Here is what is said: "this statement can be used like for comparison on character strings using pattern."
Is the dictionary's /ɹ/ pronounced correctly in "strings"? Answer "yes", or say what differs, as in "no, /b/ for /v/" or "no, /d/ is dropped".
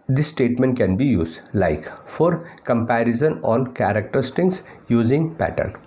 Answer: no, /ɹ/ is dropped